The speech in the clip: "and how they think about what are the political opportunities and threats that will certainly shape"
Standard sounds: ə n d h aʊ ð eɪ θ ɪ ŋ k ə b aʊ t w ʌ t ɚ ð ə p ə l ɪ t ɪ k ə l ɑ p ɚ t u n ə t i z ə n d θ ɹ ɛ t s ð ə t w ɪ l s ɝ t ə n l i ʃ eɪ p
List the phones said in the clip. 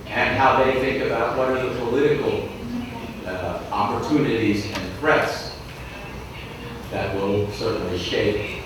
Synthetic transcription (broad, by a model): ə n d h aʊ ð eɪ θ ɪ ŋ k ə b aʊ t w ʌ t ɚ ð ə p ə l ɪ t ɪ k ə l ɑ p ɚ t u n ə t i z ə n θ ɹ ɛ t s ð ə t w ɪ l s ɝ t n l i ʃ eɪ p